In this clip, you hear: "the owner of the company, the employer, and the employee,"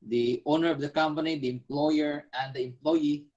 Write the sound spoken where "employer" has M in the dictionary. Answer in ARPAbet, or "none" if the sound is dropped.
M